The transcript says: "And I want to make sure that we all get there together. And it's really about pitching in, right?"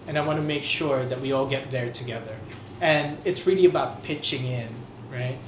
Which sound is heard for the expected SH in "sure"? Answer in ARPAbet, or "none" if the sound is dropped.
SH